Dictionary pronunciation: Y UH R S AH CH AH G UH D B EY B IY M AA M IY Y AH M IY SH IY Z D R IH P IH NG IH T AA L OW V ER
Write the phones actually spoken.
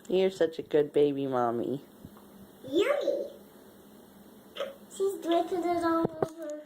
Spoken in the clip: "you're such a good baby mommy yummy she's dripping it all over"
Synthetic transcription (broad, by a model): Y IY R S AH CH AH G UH D B EY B IY M AA M IY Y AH IY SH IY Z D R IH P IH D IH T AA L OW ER